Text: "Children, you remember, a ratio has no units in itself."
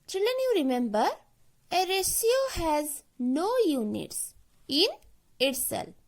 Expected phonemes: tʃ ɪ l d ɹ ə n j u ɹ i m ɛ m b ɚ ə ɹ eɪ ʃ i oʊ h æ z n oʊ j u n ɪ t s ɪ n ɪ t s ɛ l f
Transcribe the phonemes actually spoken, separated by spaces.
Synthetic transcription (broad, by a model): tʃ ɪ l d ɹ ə n j u ɹ i m ɛ m b ɚ ə ɹ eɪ s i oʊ h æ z n oʊ j u n ɪ t s ɪ n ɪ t s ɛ l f